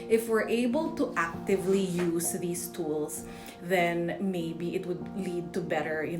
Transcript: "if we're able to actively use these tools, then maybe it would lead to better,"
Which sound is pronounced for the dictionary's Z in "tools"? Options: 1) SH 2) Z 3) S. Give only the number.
3